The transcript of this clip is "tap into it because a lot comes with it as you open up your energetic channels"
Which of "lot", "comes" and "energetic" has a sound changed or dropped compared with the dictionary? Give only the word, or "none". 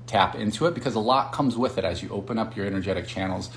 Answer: none